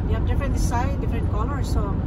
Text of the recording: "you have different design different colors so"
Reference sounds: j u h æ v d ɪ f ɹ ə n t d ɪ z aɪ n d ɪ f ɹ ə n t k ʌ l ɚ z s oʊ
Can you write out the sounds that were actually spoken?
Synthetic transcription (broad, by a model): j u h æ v d ɪ f ɹ ə n t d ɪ s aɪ d ɪ f ɹ ə n t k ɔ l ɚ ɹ s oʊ